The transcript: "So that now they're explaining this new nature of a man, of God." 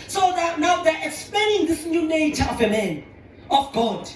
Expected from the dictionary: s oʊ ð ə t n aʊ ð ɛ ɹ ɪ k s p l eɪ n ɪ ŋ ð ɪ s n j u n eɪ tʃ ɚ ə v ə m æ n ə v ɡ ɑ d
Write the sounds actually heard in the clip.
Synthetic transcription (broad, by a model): s oʊ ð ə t n aʊ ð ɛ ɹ ɪ k s p l eɪ n ɪ ŋ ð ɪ s n j u n eɪ tʃ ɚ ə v ə m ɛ n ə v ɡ ɑ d